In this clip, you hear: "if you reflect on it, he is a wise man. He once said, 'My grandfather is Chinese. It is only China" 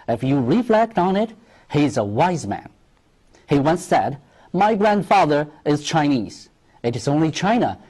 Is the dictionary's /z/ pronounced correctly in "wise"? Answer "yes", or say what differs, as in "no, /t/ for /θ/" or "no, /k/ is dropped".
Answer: yes